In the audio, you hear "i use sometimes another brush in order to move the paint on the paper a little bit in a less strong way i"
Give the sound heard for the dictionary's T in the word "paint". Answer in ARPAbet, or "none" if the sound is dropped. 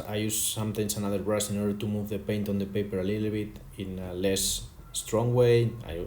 T